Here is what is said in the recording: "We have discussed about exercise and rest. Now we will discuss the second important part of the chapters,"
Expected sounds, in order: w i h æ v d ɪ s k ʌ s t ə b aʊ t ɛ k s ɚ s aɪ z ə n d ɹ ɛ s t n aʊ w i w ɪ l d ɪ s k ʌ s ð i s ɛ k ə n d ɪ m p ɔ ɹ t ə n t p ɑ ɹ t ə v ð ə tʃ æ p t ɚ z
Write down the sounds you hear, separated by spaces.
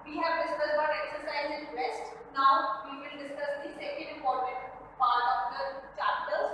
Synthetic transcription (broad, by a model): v i h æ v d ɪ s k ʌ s ə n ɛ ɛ k s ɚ s aɪ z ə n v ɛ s t n aʊ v i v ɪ l d ɪ s k ʌ s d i s ɛ k ə n d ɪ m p ɔ ɹ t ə n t p ɑ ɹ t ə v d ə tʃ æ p t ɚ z